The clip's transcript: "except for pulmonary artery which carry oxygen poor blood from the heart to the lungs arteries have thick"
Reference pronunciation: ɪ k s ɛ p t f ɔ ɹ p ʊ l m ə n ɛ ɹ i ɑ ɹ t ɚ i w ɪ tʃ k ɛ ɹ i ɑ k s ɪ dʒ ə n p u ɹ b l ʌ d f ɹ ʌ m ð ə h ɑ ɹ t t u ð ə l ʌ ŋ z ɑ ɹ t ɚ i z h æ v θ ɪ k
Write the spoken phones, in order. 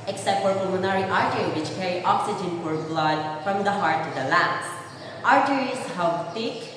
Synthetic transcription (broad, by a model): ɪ k s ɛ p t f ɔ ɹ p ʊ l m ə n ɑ ɹ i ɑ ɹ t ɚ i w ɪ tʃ k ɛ ɹ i ɑ k s ɪ dʒ ə n f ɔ ɹ b l ʌ d f ɹ ʌ m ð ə h ɑ ɹ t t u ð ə l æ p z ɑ ɹ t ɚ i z h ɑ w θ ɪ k